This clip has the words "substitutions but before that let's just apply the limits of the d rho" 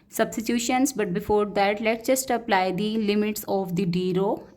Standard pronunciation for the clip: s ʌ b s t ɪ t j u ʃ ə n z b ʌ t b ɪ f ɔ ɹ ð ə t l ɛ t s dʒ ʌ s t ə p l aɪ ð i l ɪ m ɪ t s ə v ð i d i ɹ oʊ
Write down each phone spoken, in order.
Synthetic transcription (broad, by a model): s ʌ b s t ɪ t j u ʃ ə n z b ʌ t b ɪ f ɔ ɹ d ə t l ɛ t dʒ ʌ s t ə p l aɪ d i l ɪ m ɪ t s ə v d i d i ɹ oʊ